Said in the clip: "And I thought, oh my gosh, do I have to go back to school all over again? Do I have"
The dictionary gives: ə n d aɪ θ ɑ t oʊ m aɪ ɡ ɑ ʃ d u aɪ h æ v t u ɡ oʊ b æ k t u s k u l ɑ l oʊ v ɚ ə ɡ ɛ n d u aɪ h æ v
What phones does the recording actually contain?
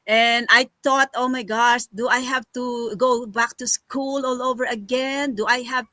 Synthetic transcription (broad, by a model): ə n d aɪ t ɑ t oʊ m aɪ ɡ ɑ ʃ d u aɪ h æ v t u ɡ oʊ b æ k t u s k u l ɑ l oʊ v ɚ ə ɡ ɛ n d u aɪ h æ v